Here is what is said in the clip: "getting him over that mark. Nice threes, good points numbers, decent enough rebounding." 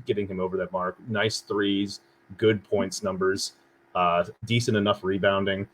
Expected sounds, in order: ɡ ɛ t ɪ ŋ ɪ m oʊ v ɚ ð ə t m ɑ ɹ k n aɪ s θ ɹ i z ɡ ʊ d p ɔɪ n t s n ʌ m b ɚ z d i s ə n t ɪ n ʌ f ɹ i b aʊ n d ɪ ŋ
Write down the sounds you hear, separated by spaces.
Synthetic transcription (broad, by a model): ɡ ɛ t ɪ ŋ ɪ m oʊ v ɚ ð ə t m ɑ ɹ k n aɪ s θ ɹ i z ɡ ʊ d p ɔɪ n t s n ʌ m b ɚ z d i s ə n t ɪ n ʌ f ɹ i b aʊ n d ɪ ŋ